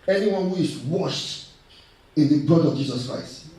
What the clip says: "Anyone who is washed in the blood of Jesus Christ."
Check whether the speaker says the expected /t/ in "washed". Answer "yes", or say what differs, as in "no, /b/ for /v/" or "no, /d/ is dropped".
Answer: yes